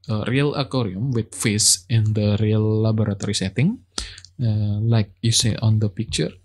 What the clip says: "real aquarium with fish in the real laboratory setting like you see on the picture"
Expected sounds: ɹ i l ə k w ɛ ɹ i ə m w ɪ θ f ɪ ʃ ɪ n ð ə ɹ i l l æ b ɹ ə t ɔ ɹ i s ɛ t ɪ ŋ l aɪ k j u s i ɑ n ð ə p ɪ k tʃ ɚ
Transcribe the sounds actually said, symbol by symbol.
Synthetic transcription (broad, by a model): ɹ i l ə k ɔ ɹ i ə m w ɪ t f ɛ s ɪ n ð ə ɹ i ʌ l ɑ b ɹ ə t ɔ ɹ i s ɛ t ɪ ŋ l aɪ k j u s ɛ ɑ n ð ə p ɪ k tʃ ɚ